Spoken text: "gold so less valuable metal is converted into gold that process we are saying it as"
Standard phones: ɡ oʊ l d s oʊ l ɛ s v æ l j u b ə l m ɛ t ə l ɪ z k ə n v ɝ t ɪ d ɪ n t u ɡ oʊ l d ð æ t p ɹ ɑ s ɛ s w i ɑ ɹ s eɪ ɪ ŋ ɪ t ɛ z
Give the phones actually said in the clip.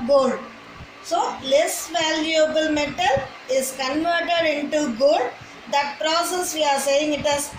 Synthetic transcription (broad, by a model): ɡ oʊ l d s oʊ l ɛ s v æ l j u b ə l m ɛ t ə l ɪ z k ə n v ɝ t ɪ d ɪ n t u ɡ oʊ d d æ t p ɹ ɑ s ɛ s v i ɑ ɹ s eɪ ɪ ŋ ɪ t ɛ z